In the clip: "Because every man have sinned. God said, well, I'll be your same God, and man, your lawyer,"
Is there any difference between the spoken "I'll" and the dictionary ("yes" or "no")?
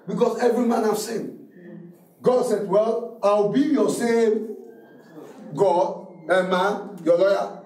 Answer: yes